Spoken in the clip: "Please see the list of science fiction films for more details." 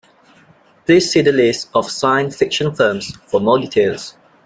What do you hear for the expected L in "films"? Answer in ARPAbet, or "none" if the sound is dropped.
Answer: none